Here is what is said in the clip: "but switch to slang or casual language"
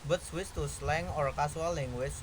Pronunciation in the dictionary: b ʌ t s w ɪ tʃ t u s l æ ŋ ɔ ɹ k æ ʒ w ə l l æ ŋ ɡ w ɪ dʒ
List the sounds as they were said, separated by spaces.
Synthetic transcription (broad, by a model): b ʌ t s w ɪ s t u s l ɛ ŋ ɔ ɹ k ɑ s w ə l l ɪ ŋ w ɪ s